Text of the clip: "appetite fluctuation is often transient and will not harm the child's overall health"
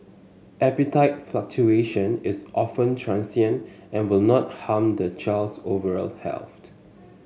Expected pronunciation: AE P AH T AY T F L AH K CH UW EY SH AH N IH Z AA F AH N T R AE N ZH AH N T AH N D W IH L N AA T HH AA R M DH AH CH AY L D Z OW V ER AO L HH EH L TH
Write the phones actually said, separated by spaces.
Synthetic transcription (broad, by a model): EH P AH T AY T F L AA K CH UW EY SH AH N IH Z AA F AH N T R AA N S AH N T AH N W IH L N AA T HH AA M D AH CH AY L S OW V ER AO L HH EH L T